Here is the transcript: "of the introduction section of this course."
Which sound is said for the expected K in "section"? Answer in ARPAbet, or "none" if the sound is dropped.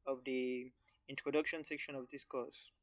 K